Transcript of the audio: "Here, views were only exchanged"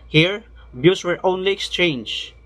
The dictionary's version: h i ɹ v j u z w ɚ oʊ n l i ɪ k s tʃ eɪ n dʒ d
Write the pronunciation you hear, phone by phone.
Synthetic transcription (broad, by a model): h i ɹ b j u s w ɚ oʊ n l i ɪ k s tʃ eɪ n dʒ